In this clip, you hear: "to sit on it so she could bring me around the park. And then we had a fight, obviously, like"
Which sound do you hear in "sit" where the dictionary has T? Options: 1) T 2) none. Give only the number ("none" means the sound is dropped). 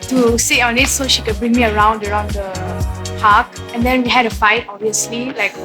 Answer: 2